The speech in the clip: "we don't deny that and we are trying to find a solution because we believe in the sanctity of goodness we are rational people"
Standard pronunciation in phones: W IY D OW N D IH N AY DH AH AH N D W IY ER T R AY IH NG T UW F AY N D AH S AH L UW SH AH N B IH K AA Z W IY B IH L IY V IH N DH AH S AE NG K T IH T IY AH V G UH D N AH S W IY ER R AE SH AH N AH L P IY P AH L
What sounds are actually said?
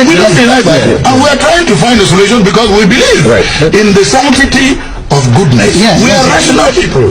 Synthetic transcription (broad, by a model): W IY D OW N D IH L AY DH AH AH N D W IY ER T R AY IH NG T UW F AY N D AH S AH L UW SH AH N B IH K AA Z W IY B IH L IY V IH N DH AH S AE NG T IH T IY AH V G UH D N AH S W IY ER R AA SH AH N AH L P IY P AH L